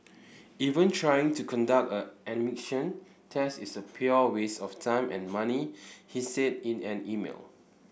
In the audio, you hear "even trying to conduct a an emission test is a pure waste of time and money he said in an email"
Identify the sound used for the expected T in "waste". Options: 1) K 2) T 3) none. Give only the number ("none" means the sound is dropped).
3